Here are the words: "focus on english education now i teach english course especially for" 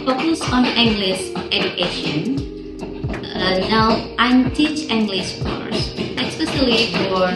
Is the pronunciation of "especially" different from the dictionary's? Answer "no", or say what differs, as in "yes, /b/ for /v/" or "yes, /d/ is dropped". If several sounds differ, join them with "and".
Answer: yes, /s/ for /ʃ/